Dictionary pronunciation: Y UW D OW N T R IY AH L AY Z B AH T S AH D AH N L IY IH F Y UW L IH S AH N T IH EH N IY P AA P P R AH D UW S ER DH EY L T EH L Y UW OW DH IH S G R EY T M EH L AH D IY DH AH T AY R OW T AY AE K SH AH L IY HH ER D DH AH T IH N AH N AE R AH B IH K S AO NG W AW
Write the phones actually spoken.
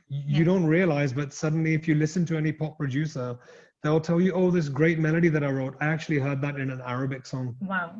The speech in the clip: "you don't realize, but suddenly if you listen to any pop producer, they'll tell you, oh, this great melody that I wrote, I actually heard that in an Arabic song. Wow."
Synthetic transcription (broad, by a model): Y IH D OW N T R IY AH L AY Z B AH T S AH D N L IY IH F Y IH L IH S AH N T IH EH N IY P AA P P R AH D UW S ER DH EY L T EH L Y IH OW DH IH S G R EY T M EH L AH D IY DH AH T AY R OW T AY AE K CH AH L IY HH ER D DH AH T IH N AH N AE R AH B IH K S AO NG W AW